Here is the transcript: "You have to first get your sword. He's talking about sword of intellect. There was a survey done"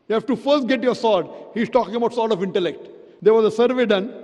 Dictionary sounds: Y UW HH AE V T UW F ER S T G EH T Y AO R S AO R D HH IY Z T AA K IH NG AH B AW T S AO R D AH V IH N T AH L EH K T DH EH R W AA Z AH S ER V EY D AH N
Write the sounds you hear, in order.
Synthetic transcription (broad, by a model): Y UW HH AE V T UW F ER S T G EH T Y AO R S AO R D HH IY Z T AA K IH NG AH B AW T S AO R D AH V IH N T AH L EH K T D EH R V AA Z AH S ER V EY D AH N